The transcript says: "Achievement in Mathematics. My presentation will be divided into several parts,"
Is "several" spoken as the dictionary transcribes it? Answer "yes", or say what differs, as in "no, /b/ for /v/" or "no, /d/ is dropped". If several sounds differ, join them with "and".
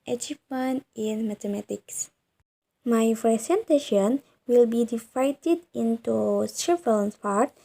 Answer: no, /ɹ/ is dropped